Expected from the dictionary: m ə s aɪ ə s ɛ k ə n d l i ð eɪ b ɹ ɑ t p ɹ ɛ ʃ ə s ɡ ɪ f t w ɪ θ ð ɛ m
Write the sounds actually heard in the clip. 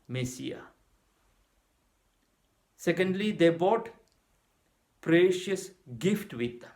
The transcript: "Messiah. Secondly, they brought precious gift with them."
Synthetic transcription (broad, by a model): m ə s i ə s ɛ k ə n d l i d eɪ b ɑ t p ɹ ɛ ʃ ə s ɡ ɪ f t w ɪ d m